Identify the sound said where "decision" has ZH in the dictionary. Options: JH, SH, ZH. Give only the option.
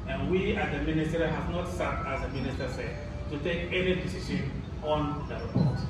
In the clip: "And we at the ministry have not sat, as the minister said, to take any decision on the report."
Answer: SH